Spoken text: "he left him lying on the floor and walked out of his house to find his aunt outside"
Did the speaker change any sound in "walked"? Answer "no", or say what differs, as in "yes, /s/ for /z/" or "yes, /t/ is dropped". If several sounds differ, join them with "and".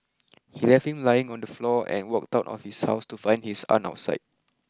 no